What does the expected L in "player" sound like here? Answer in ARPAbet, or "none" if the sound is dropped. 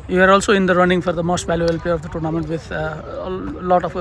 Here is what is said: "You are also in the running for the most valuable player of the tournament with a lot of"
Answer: none